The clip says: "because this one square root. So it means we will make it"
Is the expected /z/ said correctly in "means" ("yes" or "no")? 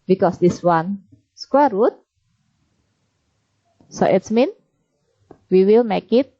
no